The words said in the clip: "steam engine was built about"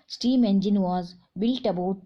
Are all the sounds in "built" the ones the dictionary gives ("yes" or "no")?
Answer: yes